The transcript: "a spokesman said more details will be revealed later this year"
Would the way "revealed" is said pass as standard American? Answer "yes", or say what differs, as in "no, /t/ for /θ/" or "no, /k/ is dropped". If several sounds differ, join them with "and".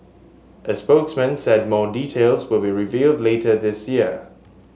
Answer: yes